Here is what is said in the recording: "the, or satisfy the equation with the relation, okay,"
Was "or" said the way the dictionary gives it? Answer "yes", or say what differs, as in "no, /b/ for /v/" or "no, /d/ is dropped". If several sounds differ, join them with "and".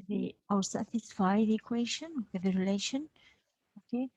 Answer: no, /w/ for /ɹ/